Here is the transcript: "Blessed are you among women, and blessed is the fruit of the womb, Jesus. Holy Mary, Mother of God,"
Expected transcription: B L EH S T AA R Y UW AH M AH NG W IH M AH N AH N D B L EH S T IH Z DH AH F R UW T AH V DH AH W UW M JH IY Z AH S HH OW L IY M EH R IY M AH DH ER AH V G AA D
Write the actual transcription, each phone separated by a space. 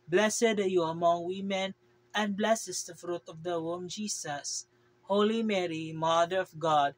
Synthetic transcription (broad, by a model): B L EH S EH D Y UW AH M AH NG W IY M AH N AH N B L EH S IH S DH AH F R UW T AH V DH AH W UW M JH IY S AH S HH OW L IY M EH R IY M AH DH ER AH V G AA D